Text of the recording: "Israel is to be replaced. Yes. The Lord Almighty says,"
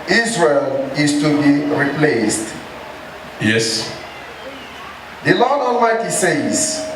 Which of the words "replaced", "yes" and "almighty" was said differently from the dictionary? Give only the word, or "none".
almighty